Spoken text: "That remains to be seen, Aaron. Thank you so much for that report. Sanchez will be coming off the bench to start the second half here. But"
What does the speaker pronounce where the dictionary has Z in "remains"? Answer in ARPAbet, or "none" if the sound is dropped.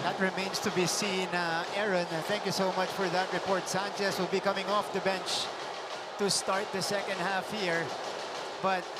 S